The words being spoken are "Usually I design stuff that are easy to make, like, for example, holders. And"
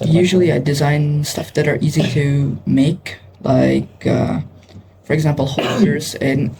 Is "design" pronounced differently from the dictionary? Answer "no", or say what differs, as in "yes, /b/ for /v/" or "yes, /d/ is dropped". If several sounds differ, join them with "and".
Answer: no